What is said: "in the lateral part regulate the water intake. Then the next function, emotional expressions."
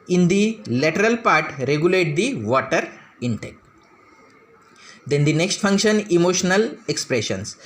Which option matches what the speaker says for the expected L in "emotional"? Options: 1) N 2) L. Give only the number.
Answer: 2